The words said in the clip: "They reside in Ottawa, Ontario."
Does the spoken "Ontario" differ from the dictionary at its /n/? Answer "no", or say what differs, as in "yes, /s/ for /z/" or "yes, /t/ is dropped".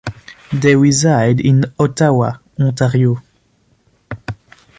yes, /n/ is dropped